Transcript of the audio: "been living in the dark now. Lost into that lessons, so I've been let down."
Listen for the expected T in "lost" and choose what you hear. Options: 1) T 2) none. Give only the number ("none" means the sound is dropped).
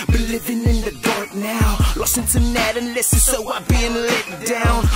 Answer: 2